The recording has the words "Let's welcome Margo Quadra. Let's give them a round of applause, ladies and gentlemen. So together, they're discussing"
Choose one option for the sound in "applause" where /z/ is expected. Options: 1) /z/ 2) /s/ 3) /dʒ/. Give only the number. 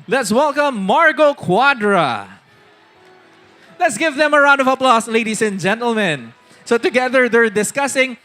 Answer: 2